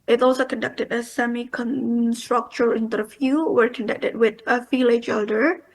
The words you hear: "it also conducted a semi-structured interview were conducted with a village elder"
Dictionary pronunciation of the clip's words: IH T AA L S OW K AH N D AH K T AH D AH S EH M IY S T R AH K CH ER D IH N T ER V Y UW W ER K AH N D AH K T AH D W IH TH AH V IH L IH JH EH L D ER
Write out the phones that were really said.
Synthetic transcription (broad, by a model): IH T AA L S OW K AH N D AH K T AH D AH S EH M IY S T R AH K CH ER IH N T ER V Y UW W ER K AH N D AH K T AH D W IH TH AH F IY L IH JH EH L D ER